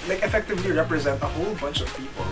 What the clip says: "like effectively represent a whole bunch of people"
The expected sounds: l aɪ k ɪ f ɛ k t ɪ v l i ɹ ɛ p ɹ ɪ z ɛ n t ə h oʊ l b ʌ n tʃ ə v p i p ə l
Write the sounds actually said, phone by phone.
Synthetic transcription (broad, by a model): l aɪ k ɪ f ɛ k t ɪ v l i ɹ ɛ p ɹ ɪ z ɛ n t ə h oʊ l b ʌ n tʃ ə v p i p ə l